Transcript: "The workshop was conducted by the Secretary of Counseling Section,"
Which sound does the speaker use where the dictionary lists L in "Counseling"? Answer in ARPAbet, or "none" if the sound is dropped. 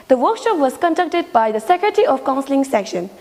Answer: L